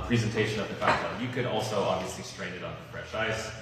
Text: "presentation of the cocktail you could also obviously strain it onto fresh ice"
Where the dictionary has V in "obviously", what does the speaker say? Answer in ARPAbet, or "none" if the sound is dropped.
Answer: V